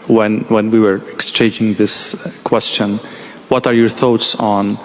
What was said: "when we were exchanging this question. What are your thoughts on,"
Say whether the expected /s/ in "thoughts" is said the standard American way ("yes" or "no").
yes